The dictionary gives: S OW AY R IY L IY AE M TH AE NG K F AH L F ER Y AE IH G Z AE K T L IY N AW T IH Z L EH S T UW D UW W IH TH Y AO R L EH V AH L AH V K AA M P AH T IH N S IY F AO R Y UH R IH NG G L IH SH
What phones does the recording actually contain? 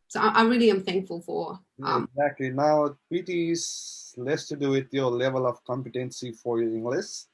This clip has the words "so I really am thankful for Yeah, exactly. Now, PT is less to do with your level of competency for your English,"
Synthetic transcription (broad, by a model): S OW AY R IY L IY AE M TH AE NG K F AH L F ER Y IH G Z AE K T L IY N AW T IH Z L EH S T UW D UW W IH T Y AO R L EH V AH L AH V K AA M P AH T IH N S IY F AO R Y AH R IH NG G L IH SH